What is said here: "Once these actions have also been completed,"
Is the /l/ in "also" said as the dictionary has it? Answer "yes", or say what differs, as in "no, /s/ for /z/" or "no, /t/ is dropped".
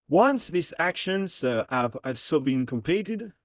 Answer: no, /l/ is dropped